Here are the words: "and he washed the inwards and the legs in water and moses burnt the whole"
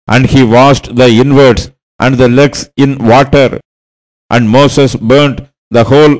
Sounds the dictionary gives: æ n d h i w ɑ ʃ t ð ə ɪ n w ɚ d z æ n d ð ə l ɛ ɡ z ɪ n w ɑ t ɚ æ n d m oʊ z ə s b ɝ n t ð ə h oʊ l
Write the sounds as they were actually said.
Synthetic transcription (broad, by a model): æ n d h i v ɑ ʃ t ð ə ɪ n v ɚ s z æ n d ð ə l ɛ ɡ s ɪ n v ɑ t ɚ æ n d m oʊ s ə s b ɝ n t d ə h oʊ l